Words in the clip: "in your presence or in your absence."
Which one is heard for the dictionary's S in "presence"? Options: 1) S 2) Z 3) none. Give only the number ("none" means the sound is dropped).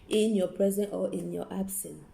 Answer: 3